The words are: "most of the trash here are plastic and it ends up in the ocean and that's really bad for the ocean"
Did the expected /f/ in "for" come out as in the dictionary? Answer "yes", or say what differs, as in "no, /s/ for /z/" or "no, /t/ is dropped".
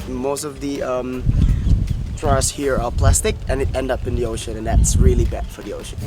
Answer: yes